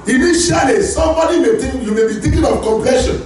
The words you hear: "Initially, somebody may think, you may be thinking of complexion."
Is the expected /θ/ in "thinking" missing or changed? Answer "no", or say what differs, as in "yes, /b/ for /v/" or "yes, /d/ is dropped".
yes, /t/ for /θ/